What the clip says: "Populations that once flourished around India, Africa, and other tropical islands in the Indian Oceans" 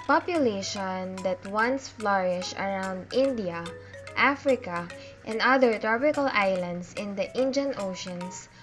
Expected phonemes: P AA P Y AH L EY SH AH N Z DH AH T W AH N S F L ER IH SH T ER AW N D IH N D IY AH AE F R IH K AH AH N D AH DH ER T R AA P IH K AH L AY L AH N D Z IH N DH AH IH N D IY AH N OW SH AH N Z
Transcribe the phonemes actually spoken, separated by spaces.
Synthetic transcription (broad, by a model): P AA P Y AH L EY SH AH N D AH T W AH N S F L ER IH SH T AW N D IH N D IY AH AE F R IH K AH AH N D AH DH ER T R AA P IH K AH L AY L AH N D S IH N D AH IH N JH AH N OW SH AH N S